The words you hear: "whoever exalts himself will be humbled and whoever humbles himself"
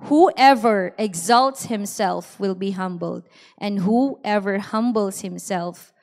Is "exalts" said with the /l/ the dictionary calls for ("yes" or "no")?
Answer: yes